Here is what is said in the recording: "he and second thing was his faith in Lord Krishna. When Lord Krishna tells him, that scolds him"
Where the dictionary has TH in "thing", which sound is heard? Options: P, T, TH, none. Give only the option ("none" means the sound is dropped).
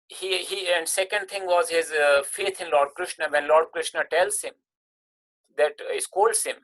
T